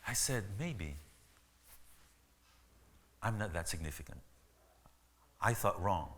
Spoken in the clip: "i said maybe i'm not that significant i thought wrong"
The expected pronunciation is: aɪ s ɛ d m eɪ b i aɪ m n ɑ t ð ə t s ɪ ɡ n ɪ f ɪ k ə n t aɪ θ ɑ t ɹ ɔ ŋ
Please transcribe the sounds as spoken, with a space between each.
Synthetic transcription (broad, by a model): aɪ s ɛ d m eɪ b i aɪ m n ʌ t ð ə t s ɪ ɡ n ɪ f ɪ k ə n t aɪ θ ɑ t ɹ ɔ ŋ